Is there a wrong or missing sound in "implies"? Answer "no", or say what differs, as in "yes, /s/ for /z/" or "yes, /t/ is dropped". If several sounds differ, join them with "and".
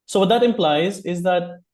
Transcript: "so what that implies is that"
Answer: no